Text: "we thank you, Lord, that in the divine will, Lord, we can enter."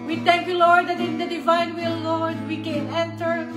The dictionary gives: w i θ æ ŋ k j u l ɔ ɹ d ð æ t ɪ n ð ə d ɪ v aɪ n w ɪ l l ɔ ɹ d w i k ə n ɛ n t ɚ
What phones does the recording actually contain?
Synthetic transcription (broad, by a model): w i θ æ ŋ k j u l ɔ ɹ d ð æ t ɪ n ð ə d ɪ v aɪ n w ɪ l l ɔ ɹ d w i k ə n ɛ n t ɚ